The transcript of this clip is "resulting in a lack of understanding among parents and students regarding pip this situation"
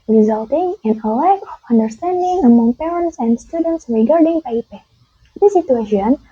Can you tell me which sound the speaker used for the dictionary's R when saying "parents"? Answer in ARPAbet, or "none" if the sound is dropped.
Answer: R